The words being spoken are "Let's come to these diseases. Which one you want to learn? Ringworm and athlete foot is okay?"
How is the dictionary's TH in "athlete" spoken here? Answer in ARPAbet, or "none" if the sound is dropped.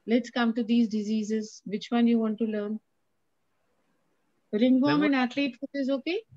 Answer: T